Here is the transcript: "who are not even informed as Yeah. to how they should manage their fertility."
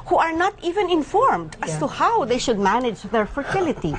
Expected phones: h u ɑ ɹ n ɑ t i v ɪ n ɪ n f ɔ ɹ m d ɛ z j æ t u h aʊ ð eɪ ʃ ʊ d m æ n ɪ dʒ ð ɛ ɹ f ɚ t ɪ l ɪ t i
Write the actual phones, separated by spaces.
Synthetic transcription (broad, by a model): h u ɑ ɹ n ɑ t i v ɪ n ɪ n f ɔ ɹ m d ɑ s t u h aʊ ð eɪ ʃ ʊ d m æ n ɪ dʒ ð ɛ ɹ f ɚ t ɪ l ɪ t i